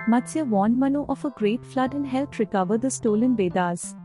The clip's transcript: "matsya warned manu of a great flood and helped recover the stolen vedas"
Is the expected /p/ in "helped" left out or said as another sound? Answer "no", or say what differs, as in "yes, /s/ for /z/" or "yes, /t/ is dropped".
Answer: yes, /p/ is dropped